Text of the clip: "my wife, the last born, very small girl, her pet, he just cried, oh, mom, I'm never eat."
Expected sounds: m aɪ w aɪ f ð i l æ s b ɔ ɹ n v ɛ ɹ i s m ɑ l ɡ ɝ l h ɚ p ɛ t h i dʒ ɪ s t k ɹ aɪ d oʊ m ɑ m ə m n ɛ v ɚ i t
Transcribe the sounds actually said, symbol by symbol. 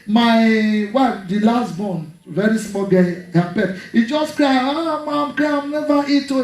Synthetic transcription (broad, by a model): m aɪ w aɪ f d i l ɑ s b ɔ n v ɛ ɹ i s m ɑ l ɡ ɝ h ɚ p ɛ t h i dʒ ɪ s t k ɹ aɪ oʊ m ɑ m ə m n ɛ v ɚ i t